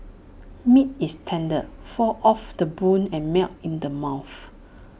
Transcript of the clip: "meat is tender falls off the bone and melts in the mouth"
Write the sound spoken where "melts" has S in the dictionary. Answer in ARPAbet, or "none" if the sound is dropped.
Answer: none